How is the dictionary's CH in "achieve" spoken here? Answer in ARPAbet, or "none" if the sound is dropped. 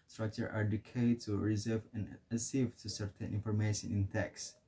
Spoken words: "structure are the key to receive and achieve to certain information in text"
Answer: S